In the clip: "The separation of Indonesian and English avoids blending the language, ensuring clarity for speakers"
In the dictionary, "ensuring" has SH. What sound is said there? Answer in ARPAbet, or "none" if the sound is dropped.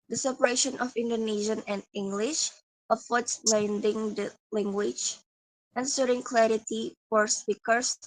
S